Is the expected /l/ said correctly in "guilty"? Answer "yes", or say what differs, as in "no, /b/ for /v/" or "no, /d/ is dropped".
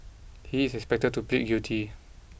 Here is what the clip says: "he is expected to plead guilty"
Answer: no, /l/ is dropped